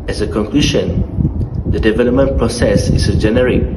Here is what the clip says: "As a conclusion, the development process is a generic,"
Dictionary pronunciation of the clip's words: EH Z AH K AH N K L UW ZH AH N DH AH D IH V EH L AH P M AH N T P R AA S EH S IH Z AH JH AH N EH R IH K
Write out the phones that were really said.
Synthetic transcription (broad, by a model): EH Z AH K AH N K L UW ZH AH N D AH D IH V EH L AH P M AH N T P R AA S EH S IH S AH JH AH N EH R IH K